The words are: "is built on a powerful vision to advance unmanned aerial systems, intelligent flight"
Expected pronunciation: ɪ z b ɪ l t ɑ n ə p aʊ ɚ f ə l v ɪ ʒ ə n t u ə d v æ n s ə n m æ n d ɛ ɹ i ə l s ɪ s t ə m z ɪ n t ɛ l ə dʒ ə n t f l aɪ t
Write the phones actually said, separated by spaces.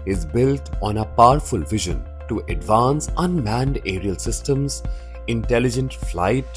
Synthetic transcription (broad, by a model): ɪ z b ɪ l t ɑ n ə p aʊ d f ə l v ɪ ʒ ə n t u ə d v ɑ n s ə n m æ n d ɛ ɹ i ə l s ɪ s t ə m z ɪ n t ɛ l ə dʒ ə n t f l aɪ t